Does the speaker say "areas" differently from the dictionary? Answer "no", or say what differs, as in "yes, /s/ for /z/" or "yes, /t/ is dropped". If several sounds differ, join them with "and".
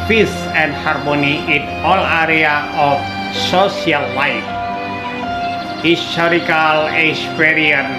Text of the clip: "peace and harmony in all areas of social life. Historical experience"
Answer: yes, /z/ is dropped